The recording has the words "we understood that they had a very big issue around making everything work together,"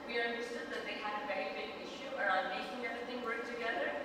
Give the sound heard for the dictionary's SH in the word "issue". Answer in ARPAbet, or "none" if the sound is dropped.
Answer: SH